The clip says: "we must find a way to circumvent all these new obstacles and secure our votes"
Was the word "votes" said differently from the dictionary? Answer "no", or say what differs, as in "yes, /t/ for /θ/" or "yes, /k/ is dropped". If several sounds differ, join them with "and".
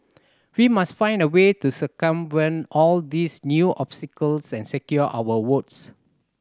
yes, /w/ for /v/